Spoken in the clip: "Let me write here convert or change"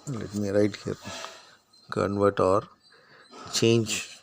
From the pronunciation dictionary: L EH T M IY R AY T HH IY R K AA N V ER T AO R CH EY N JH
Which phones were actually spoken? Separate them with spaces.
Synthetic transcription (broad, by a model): L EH T M IY R AY T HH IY R K AA N V ER T AO R CH EY N JH